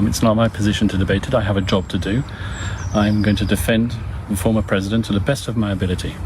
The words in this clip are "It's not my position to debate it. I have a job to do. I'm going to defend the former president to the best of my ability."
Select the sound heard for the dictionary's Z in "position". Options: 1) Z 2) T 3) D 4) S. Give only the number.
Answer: 1